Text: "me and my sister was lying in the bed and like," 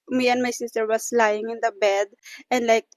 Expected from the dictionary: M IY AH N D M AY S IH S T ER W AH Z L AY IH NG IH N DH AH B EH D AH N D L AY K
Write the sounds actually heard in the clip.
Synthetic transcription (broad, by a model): M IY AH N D M AY S IH S T ER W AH S L AY IH NG IH N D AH B EH D AH N D L AY K